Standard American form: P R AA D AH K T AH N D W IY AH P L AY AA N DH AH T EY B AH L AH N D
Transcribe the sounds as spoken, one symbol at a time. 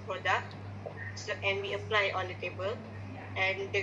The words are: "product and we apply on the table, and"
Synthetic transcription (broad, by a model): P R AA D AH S T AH N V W IY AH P L AY AA N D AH T EY B AH L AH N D